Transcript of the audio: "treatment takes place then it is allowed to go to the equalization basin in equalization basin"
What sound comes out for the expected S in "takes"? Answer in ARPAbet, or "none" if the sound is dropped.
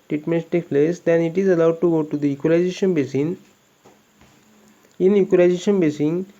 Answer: none